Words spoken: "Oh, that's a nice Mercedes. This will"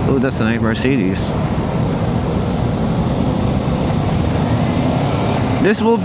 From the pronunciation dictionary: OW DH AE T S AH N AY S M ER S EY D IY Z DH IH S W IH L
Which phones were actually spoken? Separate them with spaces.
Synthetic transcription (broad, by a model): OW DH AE T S AH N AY M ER S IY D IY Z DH IH S W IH L